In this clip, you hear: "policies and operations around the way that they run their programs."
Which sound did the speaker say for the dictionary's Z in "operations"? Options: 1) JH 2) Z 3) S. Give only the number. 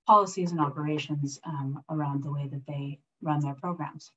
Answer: 2